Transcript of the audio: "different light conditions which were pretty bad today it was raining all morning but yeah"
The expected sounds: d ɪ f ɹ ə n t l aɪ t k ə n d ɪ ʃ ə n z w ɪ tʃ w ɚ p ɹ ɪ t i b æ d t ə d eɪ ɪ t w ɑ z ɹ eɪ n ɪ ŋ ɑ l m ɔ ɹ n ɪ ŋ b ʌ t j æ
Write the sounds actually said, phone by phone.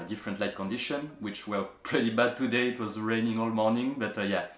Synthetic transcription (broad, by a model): d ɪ f ɹ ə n t l aɪ t k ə n d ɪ ʃ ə n w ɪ tʃ w ɚ p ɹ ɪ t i b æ d t ə d eɪ ɪ t w ɑ z ɹ eɪ n ɪ ŋ ɑ l m ɔ ɹ n ɪ ŋ b ʌ t j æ